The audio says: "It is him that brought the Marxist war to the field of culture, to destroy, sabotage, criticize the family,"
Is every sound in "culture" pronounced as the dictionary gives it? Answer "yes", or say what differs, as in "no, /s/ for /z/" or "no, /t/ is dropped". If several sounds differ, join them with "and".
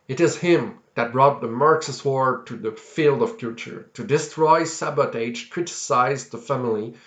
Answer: no, /l/ is dropped